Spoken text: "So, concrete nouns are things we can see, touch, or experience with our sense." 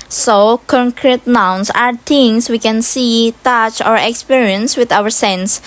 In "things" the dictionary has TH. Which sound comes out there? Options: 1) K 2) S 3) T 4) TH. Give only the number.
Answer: 3